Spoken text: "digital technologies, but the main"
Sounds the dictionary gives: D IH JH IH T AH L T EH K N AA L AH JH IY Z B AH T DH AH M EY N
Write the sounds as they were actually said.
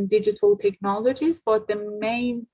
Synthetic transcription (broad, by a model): D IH JH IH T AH L T EH K N AA L AH JH IY Z B AH T DH AH M EY N